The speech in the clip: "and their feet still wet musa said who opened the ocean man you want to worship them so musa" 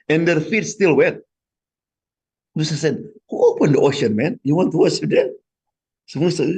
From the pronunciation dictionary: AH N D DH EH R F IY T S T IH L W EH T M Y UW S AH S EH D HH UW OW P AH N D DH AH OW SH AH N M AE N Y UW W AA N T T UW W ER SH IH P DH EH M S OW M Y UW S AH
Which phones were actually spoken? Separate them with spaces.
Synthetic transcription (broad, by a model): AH N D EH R F IY T S T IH L W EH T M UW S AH S EH D HH UW OW P AH N D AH OW SH AH N M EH N Y UW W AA N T T UW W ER S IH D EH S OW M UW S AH